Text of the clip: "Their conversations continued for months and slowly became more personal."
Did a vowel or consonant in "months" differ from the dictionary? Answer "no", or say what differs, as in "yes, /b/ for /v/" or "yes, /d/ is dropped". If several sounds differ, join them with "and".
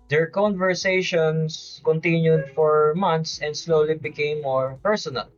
yes, /t/ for /θ/